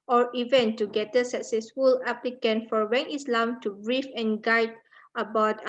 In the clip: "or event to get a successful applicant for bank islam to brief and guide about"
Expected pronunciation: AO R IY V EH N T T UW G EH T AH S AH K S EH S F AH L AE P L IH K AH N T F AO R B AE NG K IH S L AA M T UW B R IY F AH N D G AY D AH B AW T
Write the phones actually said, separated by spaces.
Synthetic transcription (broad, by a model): AO R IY V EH N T T UW G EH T AH S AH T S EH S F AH L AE P L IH K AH N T F AO R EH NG IH S L AA M T UW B R IY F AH N G AY D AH B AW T